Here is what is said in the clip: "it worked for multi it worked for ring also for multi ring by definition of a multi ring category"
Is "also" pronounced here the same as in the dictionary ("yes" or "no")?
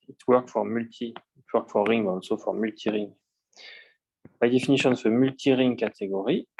no